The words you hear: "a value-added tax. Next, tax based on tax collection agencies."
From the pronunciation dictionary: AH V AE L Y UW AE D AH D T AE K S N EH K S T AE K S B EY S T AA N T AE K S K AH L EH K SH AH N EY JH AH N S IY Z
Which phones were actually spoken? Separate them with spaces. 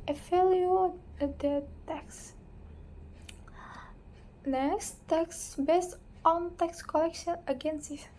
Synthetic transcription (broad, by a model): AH F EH L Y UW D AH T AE K S N EH K S T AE K S B EY S T AA N T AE K S K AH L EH K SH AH N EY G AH N S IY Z